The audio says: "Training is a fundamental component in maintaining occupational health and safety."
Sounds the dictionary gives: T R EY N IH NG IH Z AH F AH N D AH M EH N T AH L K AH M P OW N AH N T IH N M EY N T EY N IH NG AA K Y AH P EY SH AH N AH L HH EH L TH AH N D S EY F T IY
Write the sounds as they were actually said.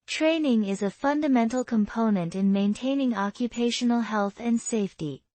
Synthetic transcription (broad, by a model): T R EY N IH NG IH Z AH F AH N D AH M EH N T L K AH M P OW N AH N T IH N M EY N T EY N IH NG AA K Y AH P EY SH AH N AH L HH EH L TH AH N S EY F T IY